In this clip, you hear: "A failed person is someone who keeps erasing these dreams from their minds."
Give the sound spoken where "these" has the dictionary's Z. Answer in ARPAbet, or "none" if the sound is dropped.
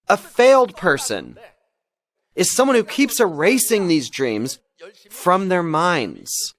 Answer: Z